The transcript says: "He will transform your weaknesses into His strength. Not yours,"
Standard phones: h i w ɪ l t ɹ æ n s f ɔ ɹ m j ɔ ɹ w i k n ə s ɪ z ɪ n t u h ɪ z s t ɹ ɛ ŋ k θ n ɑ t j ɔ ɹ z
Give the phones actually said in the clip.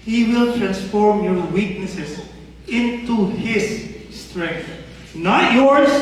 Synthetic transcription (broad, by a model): h i w ɪ l t ɹ æ n s f ɔ ɹ m j ɔ ɹ w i k n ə s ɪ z ɪ n t u h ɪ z s t ɹ ɛ ŋ k θ n ɑ t j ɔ ɹ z